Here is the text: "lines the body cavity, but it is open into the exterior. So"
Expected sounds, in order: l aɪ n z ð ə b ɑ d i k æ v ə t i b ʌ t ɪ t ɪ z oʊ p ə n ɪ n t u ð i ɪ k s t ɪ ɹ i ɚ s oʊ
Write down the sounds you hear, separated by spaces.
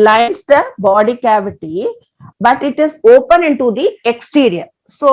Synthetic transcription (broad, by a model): l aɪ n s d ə b ɑ d i k æ v ə t i b ʌ t ɪ t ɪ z oʊ p ə n ɪ n t u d i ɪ k s t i ɹ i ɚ s oʊ